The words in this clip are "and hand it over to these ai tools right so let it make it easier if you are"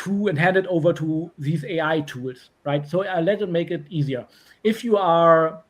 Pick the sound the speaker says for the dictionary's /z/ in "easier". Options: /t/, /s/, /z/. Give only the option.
/z/